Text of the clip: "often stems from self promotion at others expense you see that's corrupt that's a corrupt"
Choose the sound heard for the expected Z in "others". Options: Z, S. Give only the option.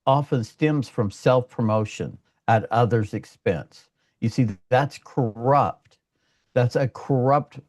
Z